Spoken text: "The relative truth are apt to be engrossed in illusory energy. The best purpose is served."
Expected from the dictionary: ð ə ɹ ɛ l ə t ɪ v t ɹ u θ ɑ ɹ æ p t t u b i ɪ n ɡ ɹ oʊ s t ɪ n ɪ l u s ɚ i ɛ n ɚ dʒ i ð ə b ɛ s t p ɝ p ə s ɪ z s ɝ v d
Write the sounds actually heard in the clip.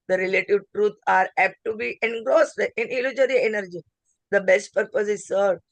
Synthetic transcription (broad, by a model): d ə ɹ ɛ l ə t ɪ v t ɹ u t ɑ ɹ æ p t t u b i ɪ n ɡ ɹ oʊ s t ɪ n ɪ l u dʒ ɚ i ɛ n ɚ dʒ i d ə b ɛ s t p ɝ p ə s ɪ z s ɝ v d